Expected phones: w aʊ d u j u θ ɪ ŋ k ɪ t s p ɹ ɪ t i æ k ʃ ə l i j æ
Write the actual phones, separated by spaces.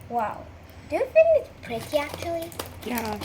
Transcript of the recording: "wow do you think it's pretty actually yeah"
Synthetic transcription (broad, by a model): w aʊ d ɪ j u f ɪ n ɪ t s p ɹ ɪ t i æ k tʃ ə l i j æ